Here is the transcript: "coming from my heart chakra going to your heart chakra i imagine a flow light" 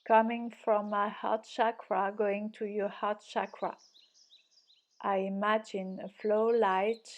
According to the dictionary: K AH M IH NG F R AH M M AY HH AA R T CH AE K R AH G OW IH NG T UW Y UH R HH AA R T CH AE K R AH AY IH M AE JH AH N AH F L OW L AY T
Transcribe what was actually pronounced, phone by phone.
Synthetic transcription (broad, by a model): K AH M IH NG F R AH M M AY HH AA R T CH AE K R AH G OW IH NG T UW Y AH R HH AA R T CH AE K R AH AY IH M AE JH AH N AH F L OW L AY T